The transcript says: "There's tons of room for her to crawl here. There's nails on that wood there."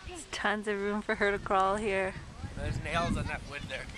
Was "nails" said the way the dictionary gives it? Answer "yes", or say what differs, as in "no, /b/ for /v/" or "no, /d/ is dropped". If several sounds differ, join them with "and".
yes